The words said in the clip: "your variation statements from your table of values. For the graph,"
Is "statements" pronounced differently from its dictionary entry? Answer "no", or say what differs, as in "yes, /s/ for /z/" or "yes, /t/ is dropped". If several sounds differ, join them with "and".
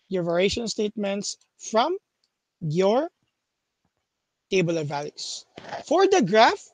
no